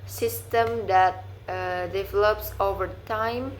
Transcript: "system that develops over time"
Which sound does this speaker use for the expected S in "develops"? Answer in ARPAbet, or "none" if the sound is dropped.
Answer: S